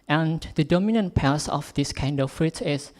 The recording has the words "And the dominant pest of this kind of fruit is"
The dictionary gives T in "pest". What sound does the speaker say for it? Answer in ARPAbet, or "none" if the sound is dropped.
none